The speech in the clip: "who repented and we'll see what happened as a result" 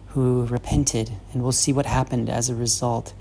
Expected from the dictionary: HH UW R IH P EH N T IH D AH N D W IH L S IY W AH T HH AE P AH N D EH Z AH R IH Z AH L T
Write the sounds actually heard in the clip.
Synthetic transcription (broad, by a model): HH UW R IH P EH N T IH D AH N W IH L S IY W AH T HH AE P AH N D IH Z AH R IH Z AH L T